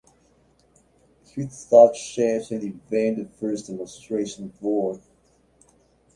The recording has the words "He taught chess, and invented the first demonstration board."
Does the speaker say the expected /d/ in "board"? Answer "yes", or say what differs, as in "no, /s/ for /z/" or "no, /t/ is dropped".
no, /d/ is dropped